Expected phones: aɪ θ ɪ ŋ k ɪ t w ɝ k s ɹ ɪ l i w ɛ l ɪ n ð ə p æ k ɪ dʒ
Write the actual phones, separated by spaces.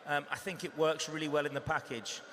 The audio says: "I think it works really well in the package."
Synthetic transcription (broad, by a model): aɪ θ ɪ ŋ k ɪ t w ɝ k s ɹ ɪ l i w ɛ l ɪ n ð ə p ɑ k ɪ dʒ